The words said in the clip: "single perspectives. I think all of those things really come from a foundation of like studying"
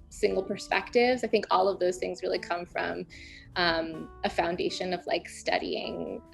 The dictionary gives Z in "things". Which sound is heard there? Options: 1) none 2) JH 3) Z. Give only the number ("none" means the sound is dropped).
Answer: 3